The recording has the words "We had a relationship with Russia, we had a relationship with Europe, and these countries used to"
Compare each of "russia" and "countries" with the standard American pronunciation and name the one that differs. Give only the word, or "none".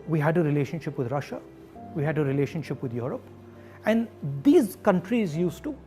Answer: none